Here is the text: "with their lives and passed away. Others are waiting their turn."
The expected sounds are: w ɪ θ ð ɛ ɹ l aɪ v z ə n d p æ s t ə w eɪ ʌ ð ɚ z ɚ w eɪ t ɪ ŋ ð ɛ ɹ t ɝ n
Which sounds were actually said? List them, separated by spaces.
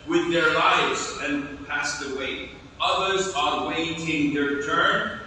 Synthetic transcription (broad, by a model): w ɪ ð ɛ ɹ l aɪ v z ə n p æ s t ə w eɪ ʌ ð ɚ z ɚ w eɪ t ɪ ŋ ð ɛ ɹ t ɝ n